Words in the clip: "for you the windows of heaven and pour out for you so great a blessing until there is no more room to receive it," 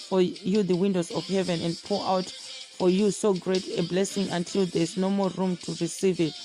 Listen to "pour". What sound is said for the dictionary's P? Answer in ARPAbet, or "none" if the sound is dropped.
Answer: P